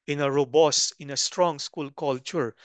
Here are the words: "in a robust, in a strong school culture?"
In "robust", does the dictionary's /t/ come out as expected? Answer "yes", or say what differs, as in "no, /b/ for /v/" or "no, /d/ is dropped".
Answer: no, /t/ is dropped